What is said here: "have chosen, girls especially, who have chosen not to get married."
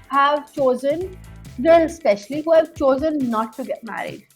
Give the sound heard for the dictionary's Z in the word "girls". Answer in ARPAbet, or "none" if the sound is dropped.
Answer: none